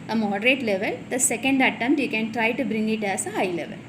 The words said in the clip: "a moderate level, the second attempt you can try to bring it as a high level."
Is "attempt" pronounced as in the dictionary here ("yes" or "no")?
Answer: no